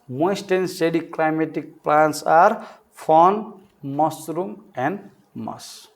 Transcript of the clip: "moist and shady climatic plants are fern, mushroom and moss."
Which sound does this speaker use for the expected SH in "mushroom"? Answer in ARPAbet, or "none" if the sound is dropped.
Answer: S